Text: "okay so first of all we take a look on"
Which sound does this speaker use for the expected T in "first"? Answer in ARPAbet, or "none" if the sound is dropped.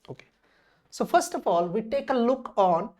T